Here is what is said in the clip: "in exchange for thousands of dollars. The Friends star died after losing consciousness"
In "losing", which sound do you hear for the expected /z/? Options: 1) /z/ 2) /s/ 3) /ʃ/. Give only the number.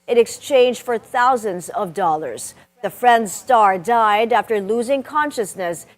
1